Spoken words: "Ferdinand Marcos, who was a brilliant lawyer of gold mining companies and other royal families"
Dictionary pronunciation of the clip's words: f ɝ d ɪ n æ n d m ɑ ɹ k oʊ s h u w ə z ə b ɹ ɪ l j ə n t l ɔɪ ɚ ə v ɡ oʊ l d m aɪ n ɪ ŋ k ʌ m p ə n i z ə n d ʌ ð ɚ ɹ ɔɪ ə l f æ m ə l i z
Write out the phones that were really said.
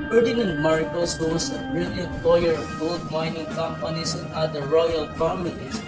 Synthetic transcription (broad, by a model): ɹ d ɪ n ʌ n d m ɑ ɹ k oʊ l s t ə s ə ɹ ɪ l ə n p l ɔɪ ɚ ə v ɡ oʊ l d m aɪ n ɪ ŋ k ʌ m p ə n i s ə n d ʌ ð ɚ ɹ ɔɪ ə l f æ m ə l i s